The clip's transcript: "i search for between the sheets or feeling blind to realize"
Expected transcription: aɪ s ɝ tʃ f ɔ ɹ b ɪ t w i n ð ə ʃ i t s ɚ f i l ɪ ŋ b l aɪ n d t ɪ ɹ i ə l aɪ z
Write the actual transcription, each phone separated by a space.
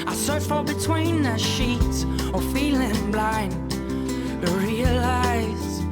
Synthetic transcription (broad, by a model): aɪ s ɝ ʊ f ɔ l b ɪ t w i n ð ə ʃ i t ɚ f i l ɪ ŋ b l aɪ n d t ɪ ɹ i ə l aɪ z